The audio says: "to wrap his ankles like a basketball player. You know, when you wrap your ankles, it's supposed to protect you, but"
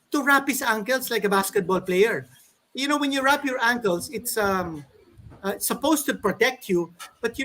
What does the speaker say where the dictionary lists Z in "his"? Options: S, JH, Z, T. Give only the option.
S